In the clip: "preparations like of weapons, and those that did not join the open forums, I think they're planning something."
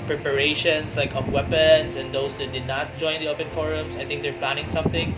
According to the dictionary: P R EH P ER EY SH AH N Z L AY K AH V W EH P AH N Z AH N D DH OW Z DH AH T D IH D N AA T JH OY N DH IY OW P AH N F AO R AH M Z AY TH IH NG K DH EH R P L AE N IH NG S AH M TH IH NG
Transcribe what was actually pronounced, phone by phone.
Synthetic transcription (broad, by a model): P R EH P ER EY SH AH N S L AY K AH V W EH P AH N S AH N D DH OW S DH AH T D IH D N AA T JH OY N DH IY OW P AH N F AO R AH M S AY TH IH NG K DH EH R P L AE N IH NG S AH M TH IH NG